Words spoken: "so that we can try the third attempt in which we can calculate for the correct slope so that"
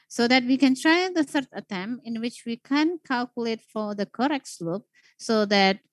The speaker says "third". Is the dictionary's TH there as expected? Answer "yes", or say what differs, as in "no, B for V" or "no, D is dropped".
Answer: no, S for TH